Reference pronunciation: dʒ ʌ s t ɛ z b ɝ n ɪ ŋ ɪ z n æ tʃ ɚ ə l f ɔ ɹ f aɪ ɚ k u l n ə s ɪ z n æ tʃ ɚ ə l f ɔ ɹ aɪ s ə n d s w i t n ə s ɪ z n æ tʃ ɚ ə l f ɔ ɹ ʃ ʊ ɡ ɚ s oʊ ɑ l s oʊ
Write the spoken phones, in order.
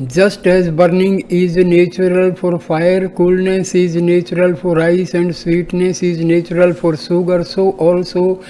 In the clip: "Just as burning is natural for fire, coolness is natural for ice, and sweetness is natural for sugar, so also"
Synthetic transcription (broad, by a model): dʒ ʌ s t ɛ z b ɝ n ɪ ŋ ɪ z n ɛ tʃ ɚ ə l f ɔ ɹ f aɪ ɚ k u l n ə s ɪ z n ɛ tʃ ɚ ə l f ɔ ɹ aɪ s ə n d s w i t n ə s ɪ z n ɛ tʃ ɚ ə l f ɔ ɹ s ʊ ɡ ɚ s oʊ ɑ l s oʊ